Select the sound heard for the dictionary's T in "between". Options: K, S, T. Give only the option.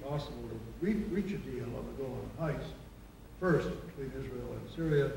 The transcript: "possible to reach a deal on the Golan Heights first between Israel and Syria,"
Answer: T